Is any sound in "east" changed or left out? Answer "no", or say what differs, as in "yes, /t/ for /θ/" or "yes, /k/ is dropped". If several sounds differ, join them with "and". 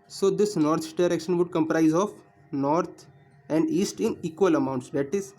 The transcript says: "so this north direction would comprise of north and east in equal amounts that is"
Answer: no